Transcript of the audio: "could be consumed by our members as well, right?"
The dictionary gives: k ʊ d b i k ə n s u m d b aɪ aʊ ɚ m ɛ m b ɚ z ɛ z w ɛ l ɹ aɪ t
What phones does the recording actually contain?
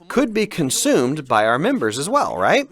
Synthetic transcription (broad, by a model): k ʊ d b i k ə n s u m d b aɪ aʊ ɚ m ɛ m b ɚ z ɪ z w ɛ l ɹ aɪ t